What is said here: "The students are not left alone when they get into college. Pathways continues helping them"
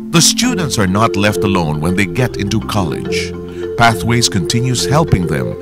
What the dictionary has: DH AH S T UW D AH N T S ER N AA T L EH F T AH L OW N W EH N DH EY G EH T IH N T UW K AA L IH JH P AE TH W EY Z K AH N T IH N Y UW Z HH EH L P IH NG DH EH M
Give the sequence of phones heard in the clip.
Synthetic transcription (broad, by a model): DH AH S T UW D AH N T S ER N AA T L EH F T AH L OW N W EH N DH EY G EH T IH N T UW K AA L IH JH P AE TH W EY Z K AH N T IH N Y UW Z HH EH L P IH NG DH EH M